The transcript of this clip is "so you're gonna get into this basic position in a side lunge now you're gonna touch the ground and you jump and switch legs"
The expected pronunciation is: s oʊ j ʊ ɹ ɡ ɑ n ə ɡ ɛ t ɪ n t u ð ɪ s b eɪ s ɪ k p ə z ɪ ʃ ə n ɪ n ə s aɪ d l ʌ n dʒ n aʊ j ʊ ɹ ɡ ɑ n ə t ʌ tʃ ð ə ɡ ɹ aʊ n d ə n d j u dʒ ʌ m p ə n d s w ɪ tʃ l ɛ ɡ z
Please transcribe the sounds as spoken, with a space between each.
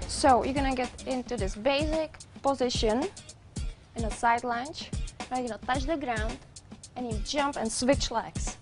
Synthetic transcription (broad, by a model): s oʊ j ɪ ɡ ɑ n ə ɡ ɛ t ɪ n t u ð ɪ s b eɪ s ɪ k p ə z ɪ ʃ ə n ɪ n ə s aɪ d l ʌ n tʃ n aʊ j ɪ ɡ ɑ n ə t ʌ tʃ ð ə ɡ ɹ aʊ n d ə n j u dʒ ʌ m p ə n s w ɪ tʃ l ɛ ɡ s